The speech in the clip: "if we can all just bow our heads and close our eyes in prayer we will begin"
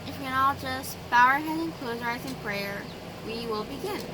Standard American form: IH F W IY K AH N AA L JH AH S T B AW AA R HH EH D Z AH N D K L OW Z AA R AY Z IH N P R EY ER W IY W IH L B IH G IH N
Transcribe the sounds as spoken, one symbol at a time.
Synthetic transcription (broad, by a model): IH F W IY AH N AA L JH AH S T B AW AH R HH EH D AH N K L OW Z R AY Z IH N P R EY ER W IY W IH L B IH G IH N